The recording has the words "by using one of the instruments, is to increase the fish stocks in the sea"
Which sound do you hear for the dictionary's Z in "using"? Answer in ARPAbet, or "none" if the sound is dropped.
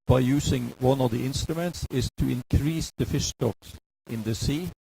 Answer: S